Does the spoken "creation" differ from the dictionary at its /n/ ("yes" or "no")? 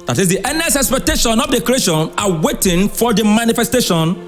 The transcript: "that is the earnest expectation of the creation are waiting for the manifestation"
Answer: no